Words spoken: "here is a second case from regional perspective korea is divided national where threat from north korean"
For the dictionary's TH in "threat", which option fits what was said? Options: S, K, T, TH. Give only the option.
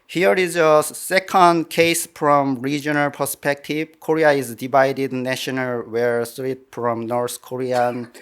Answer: S